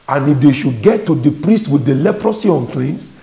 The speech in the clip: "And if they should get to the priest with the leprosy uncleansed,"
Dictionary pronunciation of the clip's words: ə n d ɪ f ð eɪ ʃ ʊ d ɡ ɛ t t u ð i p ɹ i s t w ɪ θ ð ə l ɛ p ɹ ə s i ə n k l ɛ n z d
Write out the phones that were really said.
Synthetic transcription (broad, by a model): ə n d ɪ f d eɪ ʃ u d ɡ ɛ t t u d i p ɹ i s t w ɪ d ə l ɛ p ɹ ə s i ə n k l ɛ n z